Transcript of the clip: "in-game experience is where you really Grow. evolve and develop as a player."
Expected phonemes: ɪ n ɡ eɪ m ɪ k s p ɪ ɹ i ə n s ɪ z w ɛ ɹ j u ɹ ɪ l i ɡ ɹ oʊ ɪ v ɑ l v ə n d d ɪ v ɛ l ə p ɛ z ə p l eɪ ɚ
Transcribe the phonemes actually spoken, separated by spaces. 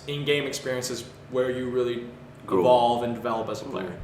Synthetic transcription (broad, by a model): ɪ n ɡ eɪ m ɪ k s p ɪ ɹ i ə n s ɪ z w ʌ ɹ j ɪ ɹ ɪ l i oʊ ɪ v ɑ l v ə n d d ɪ v ɛ l ə p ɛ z ə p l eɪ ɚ